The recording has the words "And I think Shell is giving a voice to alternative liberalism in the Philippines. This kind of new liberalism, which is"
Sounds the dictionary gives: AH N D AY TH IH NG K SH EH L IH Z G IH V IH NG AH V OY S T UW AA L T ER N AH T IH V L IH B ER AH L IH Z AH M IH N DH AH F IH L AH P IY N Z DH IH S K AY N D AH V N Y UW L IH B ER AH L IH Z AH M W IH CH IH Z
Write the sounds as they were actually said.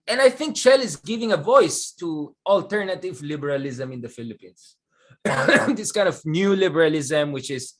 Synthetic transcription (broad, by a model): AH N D AY TH IH NG K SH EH L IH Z G IH V IH NG AH V OY S T UW AA L T ER N AH T IH V L IH B ER AH L IH Z AH M IH N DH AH F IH L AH P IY N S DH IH S K AY N D AH V N Y UW L IH B ER AH L IH Z AH M W IH CH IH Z